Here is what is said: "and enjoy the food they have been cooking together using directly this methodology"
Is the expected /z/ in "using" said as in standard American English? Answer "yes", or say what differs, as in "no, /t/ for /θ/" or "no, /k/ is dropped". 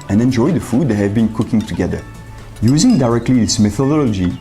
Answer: yes